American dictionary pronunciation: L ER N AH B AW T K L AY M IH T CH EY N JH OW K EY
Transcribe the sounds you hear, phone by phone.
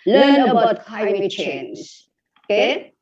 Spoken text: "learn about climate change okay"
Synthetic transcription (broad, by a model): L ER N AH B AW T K AY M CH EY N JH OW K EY